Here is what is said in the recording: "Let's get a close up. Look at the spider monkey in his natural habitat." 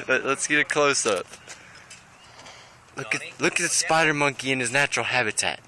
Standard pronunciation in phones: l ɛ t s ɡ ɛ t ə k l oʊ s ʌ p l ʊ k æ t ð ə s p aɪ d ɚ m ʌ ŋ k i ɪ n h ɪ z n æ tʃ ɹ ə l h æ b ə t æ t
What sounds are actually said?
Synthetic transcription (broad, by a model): l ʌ t s ɡ ɛ t ə k l oʊ s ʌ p l ʊ k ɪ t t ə s p aɪ d ɚ m ʌ ŋ k i ɪ n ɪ z n æ tʃ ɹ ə l h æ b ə t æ t